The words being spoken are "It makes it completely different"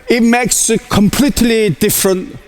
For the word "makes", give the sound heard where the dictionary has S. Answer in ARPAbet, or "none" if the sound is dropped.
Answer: S